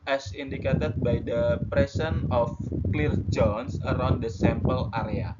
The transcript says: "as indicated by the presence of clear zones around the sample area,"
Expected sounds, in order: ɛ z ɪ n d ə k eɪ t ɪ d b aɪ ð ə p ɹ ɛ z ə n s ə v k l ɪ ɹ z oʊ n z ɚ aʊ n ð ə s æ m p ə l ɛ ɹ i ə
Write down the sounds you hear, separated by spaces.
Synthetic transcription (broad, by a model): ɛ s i n d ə k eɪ t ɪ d b aɪ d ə p ɹ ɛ s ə n ə f k l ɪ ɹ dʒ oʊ n s ɚ aʊ n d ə s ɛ m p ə l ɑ ɹ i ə